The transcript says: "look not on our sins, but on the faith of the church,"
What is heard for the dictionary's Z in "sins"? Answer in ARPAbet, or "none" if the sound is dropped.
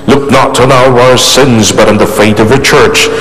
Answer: Z